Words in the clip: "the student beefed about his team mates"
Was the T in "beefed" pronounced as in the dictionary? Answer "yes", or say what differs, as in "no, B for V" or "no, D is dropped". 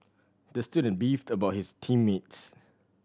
yes